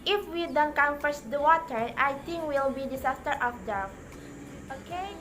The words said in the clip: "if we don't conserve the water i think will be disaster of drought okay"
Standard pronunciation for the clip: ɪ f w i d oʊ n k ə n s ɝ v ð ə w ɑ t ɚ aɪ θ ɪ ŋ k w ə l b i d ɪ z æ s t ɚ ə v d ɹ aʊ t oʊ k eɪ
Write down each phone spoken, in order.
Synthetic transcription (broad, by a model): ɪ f w i d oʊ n k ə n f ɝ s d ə w ɑ t ɚ aɪ t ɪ ŋ k w ə l b i d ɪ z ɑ s t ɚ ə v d aʊ oʊ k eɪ